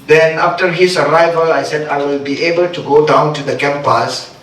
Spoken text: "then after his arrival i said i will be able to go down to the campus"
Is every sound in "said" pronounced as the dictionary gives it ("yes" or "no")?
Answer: yes